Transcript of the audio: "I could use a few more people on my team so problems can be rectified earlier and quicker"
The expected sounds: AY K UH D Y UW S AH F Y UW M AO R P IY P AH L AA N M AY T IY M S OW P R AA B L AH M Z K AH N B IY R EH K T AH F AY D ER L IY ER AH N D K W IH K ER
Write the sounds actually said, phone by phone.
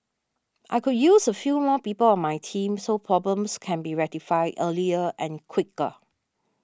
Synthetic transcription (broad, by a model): AY K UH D Y UW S AH F Y UW M AO P IY P AH L AA N M AY T IY M S OW P R AA B L AH M S K AH N B IY R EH T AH F AY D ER L IY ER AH N K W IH K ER